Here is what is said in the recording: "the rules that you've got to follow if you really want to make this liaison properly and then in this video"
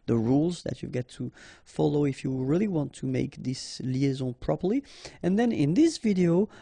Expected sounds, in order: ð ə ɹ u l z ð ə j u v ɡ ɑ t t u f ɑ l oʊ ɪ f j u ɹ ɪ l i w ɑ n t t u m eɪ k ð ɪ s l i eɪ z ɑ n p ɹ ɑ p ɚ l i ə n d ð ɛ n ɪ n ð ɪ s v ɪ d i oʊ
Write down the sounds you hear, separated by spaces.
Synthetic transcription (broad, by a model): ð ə ɹ u l z ð ə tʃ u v ɡ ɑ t t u f ɑ l oʊ ɪ f j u ɹ ɪ l i w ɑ n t t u m eɪ k ð ɪ s l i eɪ z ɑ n p ɹ ɑ p ɚ l i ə n ð ɛ n ɪ n ð ɪ s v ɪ d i oʊ